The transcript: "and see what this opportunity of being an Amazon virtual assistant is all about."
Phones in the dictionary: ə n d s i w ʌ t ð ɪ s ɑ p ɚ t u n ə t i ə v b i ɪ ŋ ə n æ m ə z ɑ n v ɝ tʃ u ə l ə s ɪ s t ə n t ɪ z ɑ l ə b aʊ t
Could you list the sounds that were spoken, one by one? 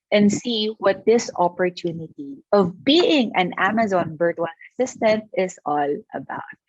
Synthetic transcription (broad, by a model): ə n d s i w ʌ t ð ɪ s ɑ p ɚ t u n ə t i ə v b i ɪ ŋ ə n æ m ə z ɑ n b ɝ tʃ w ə n ə s ɪ s t ə n t ɪ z ɑ l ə b aʊ t